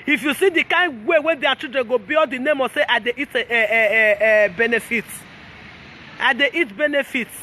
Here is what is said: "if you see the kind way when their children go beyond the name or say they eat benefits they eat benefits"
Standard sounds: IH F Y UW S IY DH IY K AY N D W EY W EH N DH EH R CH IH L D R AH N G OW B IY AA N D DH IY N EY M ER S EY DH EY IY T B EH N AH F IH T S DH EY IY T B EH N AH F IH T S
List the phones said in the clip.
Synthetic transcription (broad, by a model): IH F Y UW S IY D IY K AY N D W EY W EH N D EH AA CH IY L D R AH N G OW B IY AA D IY N EY M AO S EY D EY IY T B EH N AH F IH T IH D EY IY T B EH N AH F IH T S